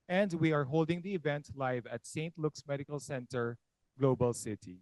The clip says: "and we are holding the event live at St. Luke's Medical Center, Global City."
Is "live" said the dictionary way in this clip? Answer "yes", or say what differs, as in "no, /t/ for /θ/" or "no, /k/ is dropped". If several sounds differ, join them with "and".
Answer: yes